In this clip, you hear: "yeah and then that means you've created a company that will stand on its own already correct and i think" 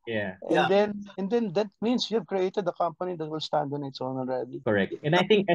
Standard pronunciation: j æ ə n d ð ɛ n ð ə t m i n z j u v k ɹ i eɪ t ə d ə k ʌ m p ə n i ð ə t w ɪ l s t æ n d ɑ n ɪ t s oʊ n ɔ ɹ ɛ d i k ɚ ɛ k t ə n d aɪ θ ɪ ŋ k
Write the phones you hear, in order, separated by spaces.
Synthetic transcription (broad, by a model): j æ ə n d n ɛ n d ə t m i n s j u v k ɹ i eɪ t ə d ə k ʌ m p ə n i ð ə t w ɪ l s t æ n d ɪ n ɪ t s oʊ n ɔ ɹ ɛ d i k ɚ ɛ k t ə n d aɪ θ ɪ ŋ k